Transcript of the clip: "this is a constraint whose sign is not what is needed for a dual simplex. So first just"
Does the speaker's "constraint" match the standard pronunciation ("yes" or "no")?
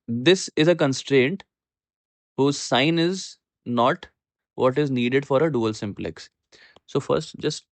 yes